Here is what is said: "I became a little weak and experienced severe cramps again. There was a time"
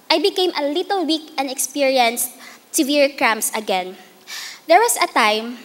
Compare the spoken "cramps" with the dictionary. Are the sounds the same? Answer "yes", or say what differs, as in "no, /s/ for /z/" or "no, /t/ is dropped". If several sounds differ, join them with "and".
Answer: no, /p/ is dropped